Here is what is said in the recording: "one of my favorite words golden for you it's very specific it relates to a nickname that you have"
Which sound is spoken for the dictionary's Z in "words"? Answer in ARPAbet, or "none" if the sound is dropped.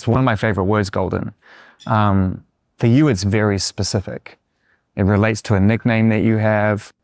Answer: Z